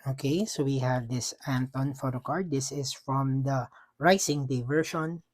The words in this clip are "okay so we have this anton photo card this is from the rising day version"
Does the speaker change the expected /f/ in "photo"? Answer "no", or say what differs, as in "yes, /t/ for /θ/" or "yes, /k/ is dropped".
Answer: no